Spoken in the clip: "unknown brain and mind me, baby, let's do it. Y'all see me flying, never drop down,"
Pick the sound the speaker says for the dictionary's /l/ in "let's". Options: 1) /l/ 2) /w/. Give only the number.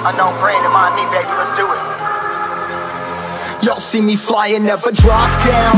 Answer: 2